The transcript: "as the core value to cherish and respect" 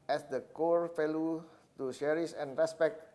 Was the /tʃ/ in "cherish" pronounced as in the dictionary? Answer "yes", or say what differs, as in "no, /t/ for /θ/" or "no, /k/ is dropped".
no, /ʃ/ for /tʃ/